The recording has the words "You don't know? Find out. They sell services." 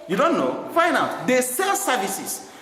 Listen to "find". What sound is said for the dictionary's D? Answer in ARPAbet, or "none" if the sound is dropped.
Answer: none